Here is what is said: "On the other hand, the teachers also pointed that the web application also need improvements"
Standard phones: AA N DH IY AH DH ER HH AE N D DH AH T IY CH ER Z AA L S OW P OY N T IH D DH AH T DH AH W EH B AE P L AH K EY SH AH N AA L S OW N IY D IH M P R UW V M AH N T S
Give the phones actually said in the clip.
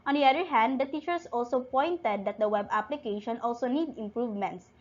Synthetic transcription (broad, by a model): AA N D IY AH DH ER HH AE N D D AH T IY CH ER S AA L S OW P OY N T IH D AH T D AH W EH B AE P L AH K EY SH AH N AA L S OW N IY D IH M P R UW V M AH N T S